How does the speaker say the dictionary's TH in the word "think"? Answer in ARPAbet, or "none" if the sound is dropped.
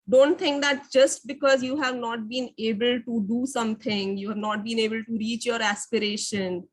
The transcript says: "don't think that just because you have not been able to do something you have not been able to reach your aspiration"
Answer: T